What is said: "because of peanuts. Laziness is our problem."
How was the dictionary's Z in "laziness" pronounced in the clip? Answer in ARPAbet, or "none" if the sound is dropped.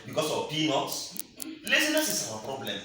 S